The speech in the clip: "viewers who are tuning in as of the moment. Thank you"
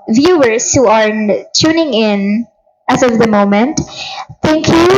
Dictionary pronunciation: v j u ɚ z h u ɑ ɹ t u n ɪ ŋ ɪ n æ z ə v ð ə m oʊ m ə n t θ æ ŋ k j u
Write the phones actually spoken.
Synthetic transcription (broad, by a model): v j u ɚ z h u ɑ ɹ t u n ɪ ŋ ɪ n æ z ə v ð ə m oʊ m ə n t t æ ŋ k j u